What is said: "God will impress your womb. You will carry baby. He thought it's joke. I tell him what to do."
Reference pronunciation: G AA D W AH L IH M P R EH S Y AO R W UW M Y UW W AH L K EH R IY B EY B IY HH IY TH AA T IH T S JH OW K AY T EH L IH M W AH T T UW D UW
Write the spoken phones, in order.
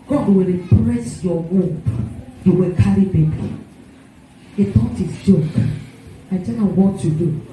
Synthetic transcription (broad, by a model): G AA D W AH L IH P R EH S Y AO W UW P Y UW W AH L K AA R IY B EY B IY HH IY T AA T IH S JH OW K AY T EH N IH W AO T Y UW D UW